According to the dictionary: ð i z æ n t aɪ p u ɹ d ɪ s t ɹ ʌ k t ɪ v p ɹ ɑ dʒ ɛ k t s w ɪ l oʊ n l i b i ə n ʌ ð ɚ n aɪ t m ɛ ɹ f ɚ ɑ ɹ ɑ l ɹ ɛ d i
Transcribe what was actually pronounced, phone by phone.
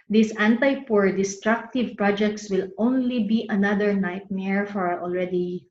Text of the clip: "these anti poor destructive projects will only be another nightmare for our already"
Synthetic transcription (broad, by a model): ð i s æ n t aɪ p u ɹ d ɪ s t ɹ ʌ k t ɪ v p ɹ ɑ dʒ ɛ k t s w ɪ l oʊ n l i b i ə n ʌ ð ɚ n aɪ t m ɛ ɹ f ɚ ɑ ɹ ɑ l ɹ ɛ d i